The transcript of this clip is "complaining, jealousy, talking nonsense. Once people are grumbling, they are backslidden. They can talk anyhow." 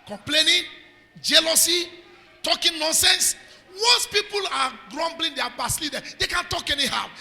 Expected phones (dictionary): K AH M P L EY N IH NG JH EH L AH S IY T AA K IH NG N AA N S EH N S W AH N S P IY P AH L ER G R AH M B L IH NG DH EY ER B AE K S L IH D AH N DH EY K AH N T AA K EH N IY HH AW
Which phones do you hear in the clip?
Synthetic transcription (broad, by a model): K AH M P L EY N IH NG JH EH L AH S IY T AA K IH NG N AA N S EH N S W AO S P IY P AH L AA G R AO M B L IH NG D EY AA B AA S L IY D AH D EY K AH N T AA K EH N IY HH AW